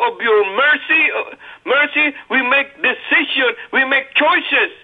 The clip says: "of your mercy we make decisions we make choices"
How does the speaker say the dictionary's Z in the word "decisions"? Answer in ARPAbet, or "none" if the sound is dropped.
none